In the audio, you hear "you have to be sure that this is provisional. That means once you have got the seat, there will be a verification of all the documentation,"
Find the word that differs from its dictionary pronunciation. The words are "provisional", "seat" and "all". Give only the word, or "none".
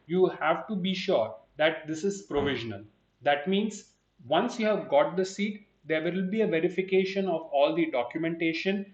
none